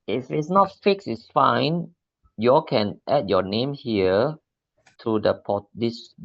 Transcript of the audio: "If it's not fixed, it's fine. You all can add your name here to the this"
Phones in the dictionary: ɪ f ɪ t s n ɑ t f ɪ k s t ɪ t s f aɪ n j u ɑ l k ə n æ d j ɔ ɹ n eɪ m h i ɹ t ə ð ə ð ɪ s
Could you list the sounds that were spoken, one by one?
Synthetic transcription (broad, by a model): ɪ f ɪ t s n ɑ t f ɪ k s ɪ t s f aɪ n j u ɑ l k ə n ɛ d j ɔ n eɪ m h i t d ə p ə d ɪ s